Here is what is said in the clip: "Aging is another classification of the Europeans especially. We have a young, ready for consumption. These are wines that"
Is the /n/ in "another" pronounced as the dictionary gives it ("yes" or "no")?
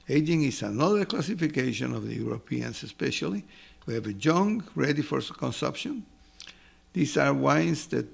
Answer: yes